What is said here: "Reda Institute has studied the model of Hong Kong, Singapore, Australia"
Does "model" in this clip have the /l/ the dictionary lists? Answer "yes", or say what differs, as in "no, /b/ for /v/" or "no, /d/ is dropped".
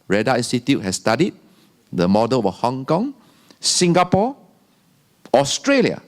no, /w/ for /l/